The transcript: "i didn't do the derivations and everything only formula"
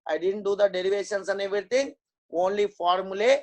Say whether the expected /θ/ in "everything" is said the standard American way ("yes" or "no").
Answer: no